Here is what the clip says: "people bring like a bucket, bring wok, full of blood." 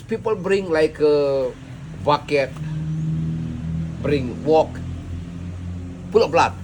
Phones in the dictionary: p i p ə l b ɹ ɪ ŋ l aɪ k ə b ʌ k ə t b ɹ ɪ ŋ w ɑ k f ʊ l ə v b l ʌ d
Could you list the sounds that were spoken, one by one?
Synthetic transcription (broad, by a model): p i p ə l b ɹ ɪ ŋ l aɪ k ə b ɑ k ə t b ɹ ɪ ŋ w ɑ k p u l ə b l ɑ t